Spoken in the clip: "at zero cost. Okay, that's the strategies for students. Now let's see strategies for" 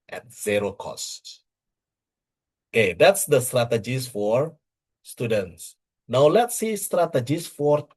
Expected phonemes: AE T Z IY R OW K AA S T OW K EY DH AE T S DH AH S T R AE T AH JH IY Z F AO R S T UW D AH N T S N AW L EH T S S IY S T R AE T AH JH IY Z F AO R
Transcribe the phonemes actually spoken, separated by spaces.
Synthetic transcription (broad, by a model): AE T Z IY R OW K AA S T OW K EY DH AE T S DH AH S T R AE T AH JH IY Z F AO R S T UW D AH N T S N AW L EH T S S IY S T R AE T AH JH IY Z F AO R